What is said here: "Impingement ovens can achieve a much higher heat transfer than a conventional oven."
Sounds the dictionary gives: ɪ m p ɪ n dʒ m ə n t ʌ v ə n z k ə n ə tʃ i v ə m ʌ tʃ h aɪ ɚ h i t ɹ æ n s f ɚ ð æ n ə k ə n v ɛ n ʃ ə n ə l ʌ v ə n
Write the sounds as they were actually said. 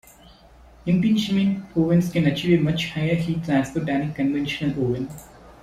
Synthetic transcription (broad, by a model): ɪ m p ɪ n ʃ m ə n ɔ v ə n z k ə n ə tʃ i v ə m ʌ tʃ h aɪ ɚ h i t æ s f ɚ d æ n ə k ə n v ɛ n ʃ ə n ə l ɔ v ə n